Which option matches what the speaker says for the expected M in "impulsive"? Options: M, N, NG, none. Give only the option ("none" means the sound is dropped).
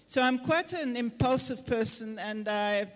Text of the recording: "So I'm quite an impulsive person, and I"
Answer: M